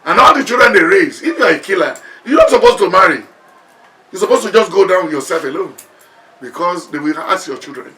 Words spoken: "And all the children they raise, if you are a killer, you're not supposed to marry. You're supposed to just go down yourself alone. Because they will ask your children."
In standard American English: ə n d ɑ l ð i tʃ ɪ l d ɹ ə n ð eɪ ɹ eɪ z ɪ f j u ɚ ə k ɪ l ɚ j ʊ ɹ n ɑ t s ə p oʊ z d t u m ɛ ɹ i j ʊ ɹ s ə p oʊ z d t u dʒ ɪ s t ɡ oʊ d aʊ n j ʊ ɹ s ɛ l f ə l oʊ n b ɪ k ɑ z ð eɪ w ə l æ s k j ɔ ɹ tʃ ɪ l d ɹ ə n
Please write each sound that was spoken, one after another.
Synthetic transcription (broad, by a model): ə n ɑ l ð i tʃ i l d ɹ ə n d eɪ ɹ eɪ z ɪ f j u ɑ ə k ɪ l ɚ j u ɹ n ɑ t s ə p oʊ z t u m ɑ ɹ i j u s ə p oʊ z t u dʒ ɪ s ɡ oʊ d aʊ n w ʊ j s ɛ l f ə l oʊ n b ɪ k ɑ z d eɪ w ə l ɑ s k j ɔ tʃ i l d ɹ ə n